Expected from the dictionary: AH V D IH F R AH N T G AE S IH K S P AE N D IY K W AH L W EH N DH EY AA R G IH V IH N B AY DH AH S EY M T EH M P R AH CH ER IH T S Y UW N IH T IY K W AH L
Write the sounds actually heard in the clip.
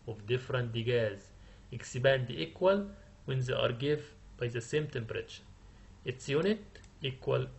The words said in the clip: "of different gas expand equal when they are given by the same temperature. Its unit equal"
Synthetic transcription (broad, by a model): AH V D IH F R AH N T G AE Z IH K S B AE N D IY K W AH L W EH N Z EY AA R G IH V B AY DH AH S EY M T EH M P R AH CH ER IH T S Y UW N IH T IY K W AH L